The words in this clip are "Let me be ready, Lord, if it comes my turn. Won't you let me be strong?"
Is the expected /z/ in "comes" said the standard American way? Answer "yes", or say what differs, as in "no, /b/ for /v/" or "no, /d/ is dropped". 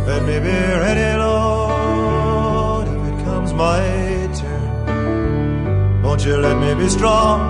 yes